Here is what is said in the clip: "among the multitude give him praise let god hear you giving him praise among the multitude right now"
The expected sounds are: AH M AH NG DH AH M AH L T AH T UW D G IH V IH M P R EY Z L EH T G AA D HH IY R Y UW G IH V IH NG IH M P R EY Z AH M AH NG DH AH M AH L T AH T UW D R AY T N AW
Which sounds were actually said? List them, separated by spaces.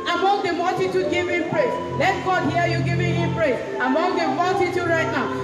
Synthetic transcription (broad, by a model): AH M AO NG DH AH M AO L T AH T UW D G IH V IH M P R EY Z L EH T G AA D HH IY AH Y UW G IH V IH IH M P R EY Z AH M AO NG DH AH M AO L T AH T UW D R AY T N AW